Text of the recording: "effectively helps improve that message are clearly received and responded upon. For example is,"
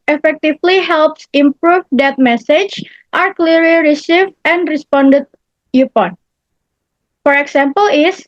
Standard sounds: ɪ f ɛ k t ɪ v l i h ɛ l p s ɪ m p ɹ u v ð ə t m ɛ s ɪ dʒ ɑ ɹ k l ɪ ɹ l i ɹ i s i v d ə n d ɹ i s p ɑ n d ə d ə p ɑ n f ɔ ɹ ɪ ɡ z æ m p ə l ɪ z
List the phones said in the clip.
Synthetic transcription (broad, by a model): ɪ f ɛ k t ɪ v l i h ɛ l p s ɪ m p ɹ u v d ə t m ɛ s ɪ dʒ ɑ ɹ k l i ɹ l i ɹ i s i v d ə n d ɹ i s p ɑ n d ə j ə p ɑ n f ɔ ɹ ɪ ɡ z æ m p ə l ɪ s